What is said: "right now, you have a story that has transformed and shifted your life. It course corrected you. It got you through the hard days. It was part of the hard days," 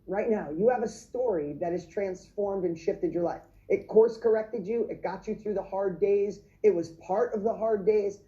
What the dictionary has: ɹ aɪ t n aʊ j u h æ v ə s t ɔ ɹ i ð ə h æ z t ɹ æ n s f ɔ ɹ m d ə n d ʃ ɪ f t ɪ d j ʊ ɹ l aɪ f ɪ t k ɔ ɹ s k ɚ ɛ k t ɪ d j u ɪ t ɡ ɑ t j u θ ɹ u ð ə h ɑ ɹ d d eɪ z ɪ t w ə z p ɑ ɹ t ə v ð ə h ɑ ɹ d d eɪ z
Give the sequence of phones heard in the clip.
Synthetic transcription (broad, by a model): ɹ aɪ t n aʊ j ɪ v ə s t ɔ ɹ i ð ə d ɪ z t ɹ æ n s f ɔ ɹ m d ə n ʃ ɪ f t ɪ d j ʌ ɹ l aɪ f ɪ t k ɔ ɹ s k ɚ ɛ k t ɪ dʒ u ɪ t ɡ ɑ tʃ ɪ θ ɹ u ð ə h ɑ ɹ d d eɪ z ɪ t w ə z p ɑ ɹ t ə v ð ə h ɑ ɹ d d eɪ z